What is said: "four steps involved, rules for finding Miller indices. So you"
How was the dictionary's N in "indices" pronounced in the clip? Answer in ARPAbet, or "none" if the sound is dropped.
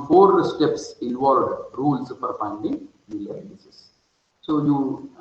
none